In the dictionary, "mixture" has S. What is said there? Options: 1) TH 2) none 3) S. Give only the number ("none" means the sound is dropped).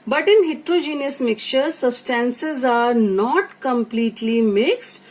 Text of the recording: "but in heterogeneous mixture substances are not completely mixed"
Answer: 2